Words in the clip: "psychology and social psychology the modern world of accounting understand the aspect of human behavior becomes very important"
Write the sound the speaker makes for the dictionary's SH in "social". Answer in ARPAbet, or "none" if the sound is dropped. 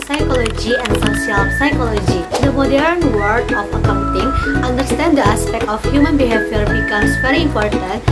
S